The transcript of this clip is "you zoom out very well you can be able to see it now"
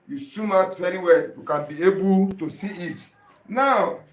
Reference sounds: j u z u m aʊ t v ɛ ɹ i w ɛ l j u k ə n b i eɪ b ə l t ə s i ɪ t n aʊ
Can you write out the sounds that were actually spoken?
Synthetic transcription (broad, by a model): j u s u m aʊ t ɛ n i w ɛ j u k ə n b i eɪ b ə l t ə s i ɪ t n aʊ